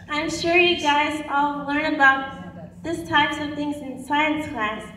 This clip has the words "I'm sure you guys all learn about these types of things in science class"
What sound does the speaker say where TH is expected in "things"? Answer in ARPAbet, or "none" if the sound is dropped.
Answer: TH